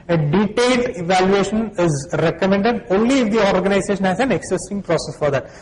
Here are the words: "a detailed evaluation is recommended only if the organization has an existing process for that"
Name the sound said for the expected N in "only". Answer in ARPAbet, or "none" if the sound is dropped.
N